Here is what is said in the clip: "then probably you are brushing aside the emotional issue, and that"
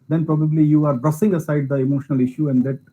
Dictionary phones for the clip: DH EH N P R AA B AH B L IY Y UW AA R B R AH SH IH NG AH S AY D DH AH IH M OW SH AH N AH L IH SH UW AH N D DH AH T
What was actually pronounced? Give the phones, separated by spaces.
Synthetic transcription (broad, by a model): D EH N P R AA B AH B L IY Y UW AA R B R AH S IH NG AH S AY D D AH IH M OW SH AH N AH L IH SH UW AH N D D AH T